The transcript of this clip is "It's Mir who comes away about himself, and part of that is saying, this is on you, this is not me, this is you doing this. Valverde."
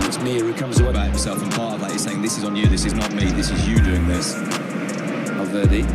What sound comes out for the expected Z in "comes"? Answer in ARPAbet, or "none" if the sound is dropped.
Z